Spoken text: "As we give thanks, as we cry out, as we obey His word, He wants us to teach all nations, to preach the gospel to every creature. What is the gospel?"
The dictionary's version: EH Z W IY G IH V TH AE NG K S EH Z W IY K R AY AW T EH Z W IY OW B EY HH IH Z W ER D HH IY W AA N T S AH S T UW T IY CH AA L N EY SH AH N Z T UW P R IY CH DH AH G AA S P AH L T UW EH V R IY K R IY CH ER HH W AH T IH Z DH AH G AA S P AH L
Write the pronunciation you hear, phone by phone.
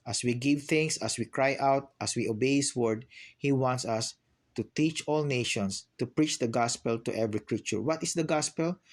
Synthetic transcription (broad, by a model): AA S W IY G IH V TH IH NG S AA S W IY K R AY AW T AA S W IY OW B EY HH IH S W ER D HH IY W AA N T S AH S T UW T IY CH AA L N EY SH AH N S T UW P R IY CH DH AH G AA S P AH L T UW EH V R IY K R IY CH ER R W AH T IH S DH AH G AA S P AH L